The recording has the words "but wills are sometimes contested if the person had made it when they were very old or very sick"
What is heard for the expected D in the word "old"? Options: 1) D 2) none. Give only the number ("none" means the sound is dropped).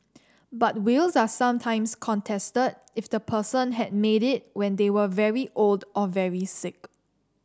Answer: 1